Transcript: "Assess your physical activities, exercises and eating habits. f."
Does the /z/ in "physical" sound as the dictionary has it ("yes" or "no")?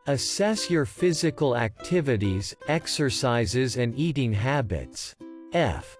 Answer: yes